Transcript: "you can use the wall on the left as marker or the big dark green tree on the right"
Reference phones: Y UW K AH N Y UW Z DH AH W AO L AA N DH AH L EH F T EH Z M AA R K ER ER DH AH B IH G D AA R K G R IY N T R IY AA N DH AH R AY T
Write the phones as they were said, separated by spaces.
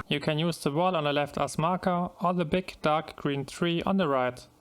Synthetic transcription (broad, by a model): Y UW K AH N Y UW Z DH AH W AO L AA N DH AH L EH F T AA S M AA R K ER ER DH AH B IH G D AA R K G R IY N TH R IY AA N DH AH R AY T